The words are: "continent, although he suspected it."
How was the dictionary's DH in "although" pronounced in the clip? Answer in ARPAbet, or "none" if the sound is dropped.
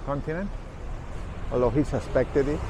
none